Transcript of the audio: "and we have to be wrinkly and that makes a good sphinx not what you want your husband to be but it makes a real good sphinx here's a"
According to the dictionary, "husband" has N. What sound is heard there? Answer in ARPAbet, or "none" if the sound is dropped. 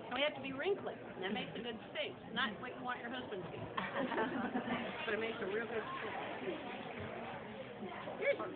N